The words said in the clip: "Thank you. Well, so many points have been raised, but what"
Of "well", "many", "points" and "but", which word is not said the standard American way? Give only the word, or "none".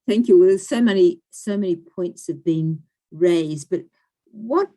well